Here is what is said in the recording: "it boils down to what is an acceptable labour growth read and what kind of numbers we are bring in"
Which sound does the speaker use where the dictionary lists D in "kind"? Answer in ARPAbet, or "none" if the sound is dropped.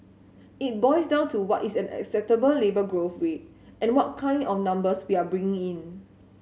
D